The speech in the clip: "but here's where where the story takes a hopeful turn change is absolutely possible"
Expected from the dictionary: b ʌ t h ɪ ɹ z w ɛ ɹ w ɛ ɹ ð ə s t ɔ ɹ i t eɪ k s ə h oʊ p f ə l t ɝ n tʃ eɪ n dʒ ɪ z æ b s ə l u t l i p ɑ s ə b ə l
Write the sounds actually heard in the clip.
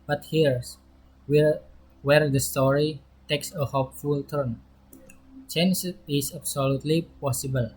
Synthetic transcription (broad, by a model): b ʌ t h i ɹ s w w ɛ ɹ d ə s t ɔ ɹ i t eɪ k s ə h oʊ p f ə l t ɝ n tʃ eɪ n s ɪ s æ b s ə l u t l i p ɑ s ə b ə l